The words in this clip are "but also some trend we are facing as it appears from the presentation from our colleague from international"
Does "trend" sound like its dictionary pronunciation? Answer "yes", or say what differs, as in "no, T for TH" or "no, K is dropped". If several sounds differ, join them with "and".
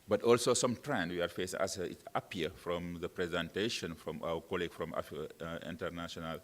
yes